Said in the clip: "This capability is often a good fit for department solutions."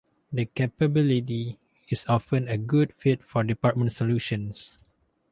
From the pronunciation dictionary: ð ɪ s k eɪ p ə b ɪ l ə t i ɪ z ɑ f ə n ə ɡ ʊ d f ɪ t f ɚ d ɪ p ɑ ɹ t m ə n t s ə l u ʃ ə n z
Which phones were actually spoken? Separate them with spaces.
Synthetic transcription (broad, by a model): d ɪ k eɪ p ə b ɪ l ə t i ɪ s ɑ f ə n ə ɡ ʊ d f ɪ t f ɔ d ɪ p ɑ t m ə n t s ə l u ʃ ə n s